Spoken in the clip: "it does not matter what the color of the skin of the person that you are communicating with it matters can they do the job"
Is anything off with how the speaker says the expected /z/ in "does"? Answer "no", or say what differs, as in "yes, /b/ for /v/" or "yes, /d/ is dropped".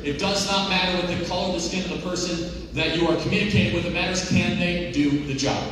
no